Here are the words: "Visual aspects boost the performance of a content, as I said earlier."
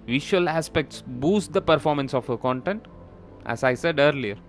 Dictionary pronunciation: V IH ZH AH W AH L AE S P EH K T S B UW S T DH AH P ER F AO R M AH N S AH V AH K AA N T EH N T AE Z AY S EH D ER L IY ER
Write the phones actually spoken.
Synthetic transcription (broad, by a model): V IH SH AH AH L AE S P EH K T S B UW S T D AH P ER F AO R M AH N S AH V AH K AA N T EH N T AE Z AY S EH D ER L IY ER